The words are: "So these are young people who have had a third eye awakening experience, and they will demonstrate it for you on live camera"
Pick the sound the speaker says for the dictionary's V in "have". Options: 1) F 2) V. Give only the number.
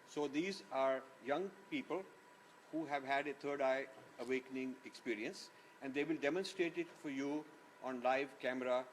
2